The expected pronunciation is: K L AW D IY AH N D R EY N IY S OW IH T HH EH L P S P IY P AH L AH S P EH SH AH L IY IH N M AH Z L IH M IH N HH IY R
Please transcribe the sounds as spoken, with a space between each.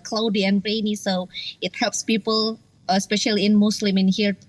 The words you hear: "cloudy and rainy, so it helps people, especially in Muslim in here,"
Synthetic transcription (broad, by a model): K L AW D IY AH N R EY N IY S OW IH T HH EH L P S P IY P AH L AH S P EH SH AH L IY IH N M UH S L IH M IH N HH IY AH